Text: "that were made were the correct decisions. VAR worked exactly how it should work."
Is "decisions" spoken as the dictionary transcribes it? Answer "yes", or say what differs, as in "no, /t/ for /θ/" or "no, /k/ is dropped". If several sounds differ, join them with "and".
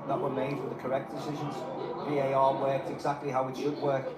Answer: yes